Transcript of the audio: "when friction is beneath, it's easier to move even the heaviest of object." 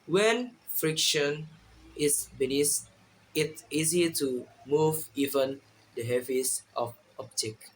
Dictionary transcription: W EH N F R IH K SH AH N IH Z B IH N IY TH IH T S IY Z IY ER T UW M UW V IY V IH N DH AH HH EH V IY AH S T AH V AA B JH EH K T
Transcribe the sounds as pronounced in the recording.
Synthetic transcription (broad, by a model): W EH N F R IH K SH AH N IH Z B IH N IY S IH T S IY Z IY T UW M UW V IY V IH N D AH HH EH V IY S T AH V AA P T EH K